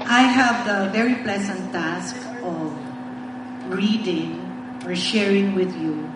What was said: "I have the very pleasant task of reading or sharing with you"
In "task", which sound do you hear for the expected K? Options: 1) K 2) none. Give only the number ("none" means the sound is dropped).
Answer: 1